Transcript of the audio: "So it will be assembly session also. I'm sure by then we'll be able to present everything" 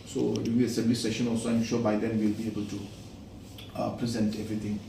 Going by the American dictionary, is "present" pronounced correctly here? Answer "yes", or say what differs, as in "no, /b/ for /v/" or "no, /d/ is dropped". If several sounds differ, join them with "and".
yes